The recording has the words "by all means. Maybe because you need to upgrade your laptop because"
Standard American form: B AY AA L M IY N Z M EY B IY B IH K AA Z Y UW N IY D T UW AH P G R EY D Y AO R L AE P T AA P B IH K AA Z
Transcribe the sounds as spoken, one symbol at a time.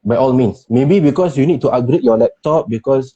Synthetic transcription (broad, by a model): B AY AA L M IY N S M EY B IY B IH K AA S Y UW N IY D T UW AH G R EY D Y AO L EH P T AA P B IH K AA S